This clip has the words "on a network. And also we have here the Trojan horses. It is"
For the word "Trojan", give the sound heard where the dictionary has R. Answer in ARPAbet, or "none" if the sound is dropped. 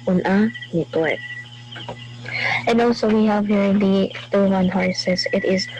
none